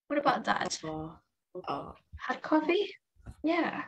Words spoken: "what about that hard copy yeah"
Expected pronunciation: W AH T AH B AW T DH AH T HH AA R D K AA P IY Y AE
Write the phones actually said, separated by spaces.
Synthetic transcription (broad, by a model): W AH T AH B AW T DH AH T HH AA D K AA F IY Y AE